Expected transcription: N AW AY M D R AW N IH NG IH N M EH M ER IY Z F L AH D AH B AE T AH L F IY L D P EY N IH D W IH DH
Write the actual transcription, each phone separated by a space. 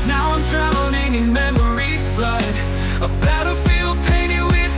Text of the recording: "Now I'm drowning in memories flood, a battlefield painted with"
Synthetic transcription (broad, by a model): N AW AY M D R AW L IH NG IH N M EH M ER IY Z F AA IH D AH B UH T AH F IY L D P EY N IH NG W IH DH